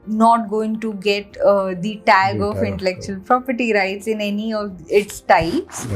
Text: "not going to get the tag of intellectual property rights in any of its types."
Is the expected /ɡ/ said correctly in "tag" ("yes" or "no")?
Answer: yes